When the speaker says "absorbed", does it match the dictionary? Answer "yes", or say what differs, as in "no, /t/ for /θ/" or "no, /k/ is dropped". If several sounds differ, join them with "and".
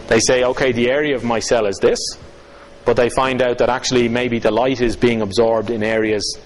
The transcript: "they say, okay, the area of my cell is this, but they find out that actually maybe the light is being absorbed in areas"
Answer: yes